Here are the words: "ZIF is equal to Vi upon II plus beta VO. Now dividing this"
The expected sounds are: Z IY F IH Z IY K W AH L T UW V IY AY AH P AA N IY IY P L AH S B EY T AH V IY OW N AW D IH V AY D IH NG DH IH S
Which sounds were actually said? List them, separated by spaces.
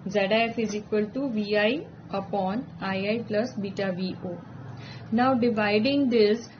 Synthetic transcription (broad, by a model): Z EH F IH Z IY K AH L T UW V IY AY AH P AA N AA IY P L AH S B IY T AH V IY OW N AW D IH V AY D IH NG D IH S